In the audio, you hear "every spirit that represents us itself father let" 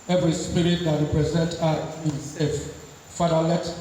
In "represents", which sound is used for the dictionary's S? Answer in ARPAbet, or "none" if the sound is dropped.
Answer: none